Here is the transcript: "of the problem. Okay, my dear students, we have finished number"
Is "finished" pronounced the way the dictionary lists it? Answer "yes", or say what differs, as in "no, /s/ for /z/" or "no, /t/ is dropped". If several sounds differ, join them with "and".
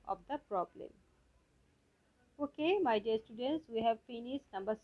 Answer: no, /s/ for /ʃ/